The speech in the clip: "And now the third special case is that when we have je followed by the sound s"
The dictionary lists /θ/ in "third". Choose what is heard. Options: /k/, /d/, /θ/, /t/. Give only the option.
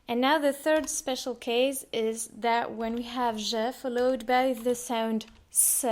/θ/